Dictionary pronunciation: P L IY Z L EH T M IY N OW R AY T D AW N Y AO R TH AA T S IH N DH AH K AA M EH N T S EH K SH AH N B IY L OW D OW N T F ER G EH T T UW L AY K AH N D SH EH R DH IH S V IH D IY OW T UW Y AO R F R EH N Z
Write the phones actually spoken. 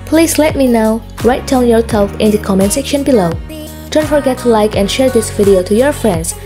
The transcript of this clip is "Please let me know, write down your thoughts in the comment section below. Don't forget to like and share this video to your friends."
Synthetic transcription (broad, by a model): P L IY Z L EH T M IY N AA R AY T D AW N Y AO R S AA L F IH N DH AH K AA M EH N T S EH K SH AH N B IY L OW D OW N T F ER G EH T T UW L AY K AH N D SH EH R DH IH S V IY D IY OW T UW Y AO R F R EH N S